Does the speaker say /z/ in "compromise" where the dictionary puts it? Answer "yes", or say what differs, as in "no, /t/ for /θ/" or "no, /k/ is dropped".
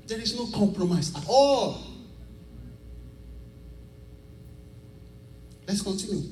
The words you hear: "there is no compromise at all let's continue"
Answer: no, /s/ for /z/